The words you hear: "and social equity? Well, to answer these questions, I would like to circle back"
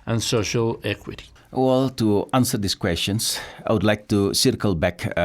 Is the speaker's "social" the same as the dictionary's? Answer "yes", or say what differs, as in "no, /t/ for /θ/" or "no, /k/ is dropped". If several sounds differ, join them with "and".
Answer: yes